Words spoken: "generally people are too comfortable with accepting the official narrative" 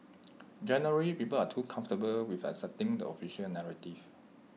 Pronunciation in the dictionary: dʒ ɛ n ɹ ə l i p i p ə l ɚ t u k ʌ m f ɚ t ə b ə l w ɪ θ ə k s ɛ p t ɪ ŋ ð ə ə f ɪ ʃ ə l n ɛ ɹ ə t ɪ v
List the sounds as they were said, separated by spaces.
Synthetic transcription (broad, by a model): dʒ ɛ n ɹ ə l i p i p ə l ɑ t u k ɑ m f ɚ t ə b ə l w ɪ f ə s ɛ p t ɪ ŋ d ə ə f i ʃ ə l n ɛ ɹ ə t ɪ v